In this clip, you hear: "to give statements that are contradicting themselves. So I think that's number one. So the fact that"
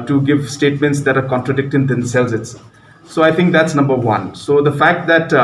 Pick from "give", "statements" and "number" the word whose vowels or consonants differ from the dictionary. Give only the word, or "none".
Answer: none